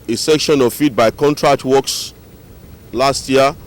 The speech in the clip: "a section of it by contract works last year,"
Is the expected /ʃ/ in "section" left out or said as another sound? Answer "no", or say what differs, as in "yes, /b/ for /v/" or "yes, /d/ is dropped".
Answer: no